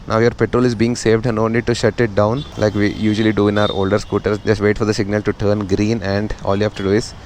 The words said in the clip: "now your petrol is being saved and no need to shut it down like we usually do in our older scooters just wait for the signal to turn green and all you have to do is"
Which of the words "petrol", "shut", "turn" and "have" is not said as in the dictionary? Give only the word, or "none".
have